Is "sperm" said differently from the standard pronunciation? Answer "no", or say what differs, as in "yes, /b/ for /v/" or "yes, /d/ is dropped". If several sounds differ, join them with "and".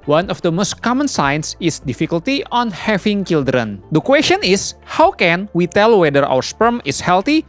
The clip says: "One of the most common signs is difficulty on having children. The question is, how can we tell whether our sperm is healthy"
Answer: no